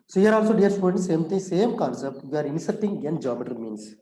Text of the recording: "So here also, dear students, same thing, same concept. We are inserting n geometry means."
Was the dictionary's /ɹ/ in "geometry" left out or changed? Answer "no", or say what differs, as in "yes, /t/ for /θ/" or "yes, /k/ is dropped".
yes, /ɹ/ is dropped